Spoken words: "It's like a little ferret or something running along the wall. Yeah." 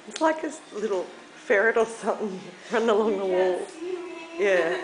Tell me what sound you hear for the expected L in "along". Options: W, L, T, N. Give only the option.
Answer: L